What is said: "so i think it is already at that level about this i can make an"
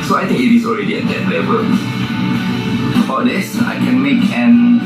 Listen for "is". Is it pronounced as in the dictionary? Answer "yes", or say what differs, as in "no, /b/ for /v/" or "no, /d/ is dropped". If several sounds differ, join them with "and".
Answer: no, /s/ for /z/